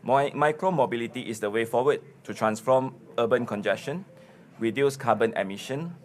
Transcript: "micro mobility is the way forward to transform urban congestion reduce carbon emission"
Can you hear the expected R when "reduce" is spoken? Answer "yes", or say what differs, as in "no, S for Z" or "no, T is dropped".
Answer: no, W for R